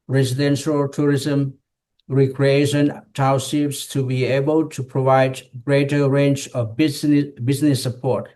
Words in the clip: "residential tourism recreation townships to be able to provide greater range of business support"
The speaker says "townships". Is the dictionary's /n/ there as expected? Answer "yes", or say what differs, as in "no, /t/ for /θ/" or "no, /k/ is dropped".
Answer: no, /n/ is dropped